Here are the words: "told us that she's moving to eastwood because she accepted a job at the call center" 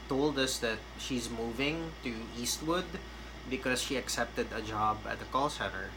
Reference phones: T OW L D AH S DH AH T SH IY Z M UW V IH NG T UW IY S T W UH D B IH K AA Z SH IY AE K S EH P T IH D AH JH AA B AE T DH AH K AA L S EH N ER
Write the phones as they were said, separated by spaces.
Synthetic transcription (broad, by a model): T OW L D AH S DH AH T SH IY Z M UW V IH NG T UW IY S T W UH D B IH K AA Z SH IY AE K S EH P T IH D AH JH AA B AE T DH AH K AA L S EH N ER